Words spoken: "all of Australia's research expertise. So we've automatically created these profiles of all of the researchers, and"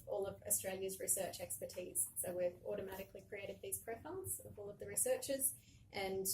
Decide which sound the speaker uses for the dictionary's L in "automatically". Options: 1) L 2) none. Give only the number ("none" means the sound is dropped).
1